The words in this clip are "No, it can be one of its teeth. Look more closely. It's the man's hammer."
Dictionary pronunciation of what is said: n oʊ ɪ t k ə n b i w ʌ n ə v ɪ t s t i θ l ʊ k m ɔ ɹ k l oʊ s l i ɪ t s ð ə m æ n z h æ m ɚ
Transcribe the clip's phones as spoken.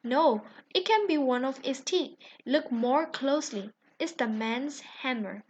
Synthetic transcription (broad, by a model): n oʊ ɪ t k ə n b i w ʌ n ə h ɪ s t i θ l ʊ k m ɔ ɹ k l oʊ s l i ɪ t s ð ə m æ n s h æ m ɚ